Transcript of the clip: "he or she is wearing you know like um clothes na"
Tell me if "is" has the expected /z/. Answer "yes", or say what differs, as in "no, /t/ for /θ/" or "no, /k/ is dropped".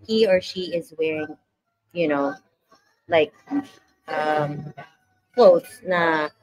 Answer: yes